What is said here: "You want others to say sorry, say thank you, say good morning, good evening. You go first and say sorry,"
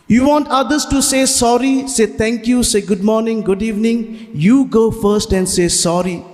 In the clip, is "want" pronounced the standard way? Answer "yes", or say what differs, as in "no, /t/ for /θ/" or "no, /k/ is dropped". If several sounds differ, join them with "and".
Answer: yes